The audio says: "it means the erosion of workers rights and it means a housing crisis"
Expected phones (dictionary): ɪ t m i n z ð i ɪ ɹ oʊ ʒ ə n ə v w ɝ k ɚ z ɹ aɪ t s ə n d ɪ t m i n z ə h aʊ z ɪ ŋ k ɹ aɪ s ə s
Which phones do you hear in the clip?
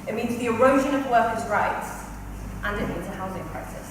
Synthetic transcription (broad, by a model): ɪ t m i n z ð i ɪ ɹ oʊ ʒ ə n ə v w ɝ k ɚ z ɹ aɪ t s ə n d ɪ t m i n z ə h aʊ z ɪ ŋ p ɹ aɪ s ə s